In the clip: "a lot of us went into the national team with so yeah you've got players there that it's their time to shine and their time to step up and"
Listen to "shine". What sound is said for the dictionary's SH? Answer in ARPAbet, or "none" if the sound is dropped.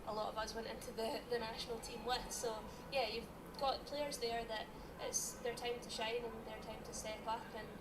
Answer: SH